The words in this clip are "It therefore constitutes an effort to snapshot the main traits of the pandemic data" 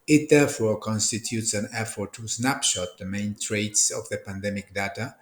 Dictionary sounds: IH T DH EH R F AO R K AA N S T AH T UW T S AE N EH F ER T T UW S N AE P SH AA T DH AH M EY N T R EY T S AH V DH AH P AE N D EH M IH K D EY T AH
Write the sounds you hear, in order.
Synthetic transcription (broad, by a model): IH T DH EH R F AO R K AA N S T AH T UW T S AE N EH F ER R T UW S N AE P SH AA T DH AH M EY N T R EY T S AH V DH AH P AE N D EH M IH K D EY T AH